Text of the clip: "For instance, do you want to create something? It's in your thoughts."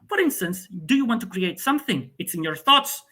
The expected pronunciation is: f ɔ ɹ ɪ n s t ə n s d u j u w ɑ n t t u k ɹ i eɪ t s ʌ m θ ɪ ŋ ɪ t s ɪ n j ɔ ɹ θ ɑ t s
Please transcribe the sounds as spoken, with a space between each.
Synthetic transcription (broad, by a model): f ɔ ɹ ɪ n s t ə n s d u j u w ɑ n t t u k ɹ i eɪ t s ʌ m θ ɪ ŋ ɪ t s ɪ n j ɔ ɹ θ ɑ t s